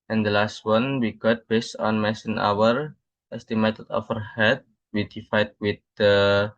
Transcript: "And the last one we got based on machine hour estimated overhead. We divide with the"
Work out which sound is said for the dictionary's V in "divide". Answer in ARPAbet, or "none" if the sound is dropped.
F